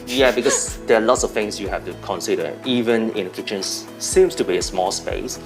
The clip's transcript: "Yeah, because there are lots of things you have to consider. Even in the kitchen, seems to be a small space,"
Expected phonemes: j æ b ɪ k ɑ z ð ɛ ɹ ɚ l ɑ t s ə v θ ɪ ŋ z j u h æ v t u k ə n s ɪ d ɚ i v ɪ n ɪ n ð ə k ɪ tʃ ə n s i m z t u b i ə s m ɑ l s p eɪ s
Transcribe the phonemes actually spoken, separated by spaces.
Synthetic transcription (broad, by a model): j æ b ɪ k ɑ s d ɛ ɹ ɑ l ɑ t s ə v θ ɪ ŋ s j u h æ f t u k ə n s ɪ d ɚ i v ɪ n ɪ n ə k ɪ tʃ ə n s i m s t u b i ə s m ɑ l s p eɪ s